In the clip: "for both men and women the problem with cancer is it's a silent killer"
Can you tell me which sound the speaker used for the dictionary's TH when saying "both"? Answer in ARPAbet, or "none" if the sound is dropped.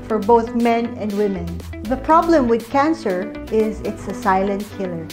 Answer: TH